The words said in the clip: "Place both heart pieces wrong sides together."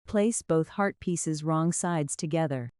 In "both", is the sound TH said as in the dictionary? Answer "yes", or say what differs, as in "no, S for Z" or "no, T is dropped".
yes